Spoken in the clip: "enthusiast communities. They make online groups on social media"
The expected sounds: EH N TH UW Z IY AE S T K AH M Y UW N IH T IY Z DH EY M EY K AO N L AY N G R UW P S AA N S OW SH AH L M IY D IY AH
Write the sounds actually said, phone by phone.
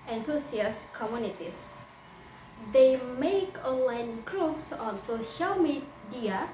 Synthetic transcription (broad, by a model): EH N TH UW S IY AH S K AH M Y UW N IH T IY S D EY M EY K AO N L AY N G R UW P S AA N S OW SH AH L M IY D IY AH